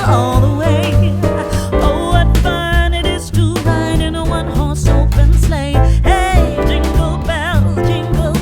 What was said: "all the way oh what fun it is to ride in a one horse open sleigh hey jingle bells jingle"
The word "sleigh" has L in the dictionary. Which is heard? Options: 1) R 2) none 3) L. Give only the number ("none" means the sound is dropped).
3